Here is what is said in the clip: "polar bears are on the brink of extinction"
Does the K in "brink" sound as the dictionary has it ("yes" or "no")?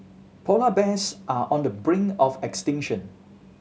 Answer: no